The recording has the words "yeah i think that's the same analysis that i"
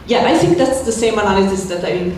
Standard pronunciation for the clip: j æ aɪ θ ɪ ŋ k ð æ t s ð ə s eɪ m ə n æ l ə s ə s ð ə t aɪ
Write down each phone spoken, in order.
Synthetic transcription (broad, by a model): j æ aɪ θ ɪ ŋ k ð æ t s ð ə s eɪ m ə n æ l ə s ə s ð ə t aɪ